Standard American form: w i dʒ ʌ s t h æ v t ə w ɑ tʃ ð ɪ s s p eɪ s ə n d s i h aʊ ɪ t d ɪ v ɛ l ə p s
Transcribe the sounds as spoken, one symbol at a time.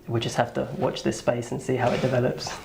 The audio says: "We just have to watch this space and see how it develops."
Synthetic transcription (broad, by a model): w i dʒ ʌ s t h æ f t ə w ɑ tʃ ð ɪ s s p eɪ s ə n s i h aʊ ɪ t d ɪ v ɛ l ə p s